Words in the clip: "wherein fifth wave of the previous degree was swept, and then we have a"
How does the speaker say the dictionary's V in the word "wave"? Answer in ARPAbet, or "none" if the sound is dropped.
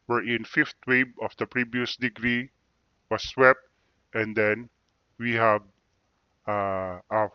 B